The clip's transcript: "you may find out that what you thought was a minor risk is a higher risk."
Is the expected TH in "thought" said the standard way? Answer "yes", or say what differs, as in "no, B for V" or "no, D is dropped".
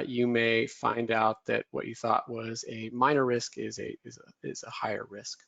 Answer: yes